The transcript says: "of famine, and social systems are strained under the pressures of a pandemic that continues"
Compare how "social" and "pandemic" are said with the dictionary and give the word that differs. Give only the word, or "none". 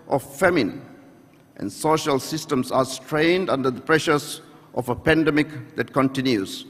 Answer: none